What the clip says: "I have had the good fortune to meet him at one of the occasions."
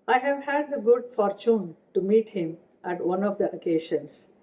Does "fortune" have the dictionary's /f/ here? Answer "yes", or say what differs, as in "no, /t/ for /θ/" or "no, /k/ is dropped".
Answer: yes